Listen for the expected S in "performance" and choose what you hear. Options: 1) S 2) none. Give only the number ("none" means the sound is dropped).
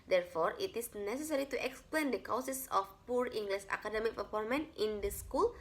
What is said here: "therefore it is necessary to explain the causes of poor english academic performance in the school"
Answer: 2